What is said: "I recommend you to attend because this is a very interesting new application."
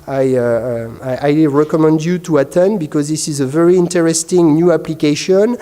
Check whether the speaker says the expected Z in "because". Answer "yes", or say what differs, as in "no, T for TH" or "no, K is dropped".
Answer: yes